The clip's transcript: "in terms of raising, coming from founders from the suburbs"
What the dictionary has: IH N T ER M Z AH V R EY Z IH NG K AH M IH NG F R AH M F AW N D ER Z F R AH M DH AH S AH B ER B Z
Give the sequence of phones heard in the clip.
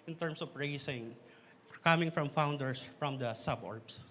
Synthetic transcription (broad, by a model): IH N T ER M S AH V R EY S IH NG K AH M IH NG F R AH M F AW N D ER S F R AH M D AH S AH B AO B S